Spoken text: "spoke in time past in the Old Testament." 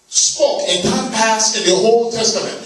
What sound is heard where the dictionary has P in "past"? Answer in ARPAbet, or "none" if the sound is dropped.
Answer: P